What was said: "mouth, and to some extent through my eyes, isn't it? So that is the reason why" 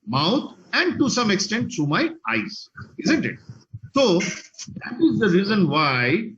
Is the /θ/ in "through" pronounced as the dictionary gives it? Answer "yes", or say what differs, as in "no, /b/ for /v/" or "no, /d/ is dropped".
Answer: no, /t/ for /θ/